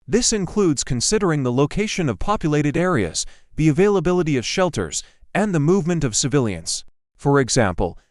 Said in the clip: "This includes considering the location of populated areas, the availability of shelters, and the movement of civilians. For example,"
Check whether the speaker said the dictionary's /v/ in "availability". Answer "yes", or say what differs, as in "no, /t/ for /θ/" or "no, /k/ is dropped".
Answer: yes